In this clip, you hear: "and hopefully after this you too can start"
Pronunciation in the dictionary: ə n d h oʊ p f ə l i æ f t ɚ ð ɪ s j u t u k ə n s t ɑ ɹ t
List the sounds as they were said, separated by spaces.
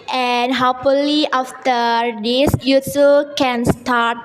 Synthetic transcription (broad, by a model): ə n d h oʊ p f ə l i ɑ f t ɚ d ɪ s j u s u k ə n s t ɑ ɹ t